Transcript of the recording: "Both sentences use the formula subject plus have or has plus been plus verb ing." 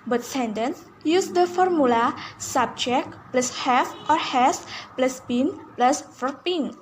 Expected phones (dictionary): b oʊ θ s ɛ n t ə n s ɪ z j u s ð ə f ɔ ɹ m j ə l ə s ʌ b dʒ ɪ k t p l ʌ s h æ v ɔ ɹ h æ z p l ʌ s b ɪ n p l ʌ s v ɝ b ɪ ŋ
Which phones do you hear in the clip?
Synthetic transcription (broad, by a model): b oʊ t s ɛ n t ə n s j u s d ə f ɔ ɹ m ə l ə s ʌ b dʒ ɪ k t p l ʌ s h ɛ f ɔ ɹ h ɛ s p l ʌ s b ɪ n p l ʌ s f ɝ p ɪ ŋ